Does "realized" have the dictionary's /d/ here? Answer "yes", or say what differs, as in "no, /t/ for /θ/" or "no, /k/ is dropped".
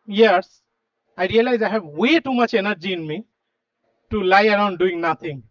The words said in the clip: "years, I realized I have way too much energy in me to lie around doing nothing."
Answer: no, /d/ is dropped